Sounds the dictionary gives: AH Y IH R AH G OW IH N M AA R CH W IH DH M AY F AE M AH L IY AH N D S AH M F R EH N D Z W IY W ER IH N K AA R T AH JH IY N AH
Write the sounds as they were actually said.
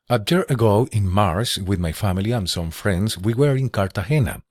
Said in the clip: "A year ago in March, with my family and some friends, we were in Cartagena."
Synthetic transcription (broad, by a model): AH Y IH R AH G OW IH N M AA R S W IH DH M AY F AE M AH L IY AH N S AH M F R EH N D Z W IY W ER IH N K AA R T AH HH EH N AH